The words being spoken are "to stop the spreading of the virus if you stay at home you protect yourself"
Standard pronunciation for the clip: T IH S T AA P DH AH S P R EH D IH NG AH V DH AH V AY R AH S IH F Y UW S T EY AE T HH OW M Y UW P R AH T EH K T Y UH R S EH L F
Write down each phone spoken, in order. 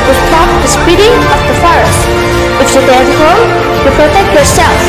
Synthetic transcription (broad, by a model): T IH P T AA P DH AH S P IY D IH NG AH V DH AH F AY R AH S IH F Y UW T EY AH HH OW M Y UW P R AH T EH K T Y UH R S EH L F